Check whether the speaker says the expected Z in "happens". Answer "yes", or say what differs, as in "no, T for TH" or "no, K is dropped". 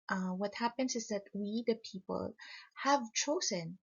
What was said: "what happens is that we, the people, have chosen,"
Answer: no, S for Z